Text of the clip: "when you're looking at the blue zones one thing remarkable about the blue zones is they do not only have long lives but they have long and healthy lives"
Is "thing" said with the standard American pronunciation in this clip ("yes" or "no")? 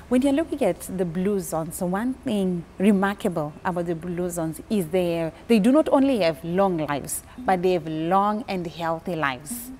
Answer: yes